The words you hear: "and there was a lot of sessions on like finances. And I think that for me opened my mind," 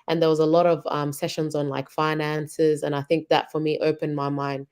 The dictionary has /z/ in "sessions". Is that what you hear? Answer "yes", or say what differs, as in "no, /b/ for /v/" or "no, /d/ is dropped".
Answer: yes